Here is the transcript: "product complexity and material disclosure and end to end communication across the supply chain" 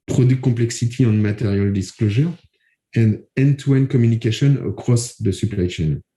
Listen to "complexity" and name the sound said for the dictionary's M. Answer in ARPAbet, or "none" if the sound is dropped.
none